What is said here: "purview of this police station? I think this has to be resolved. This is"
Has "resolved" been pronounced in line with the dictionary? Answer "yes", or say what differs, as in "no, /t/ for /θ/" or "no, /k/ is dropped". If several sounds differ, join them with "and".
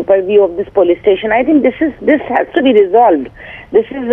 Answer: yes